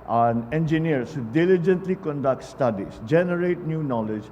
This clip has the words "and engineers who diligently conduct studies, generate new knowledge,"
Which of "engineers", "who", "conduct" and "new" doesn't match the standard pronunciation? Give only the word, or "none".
engineers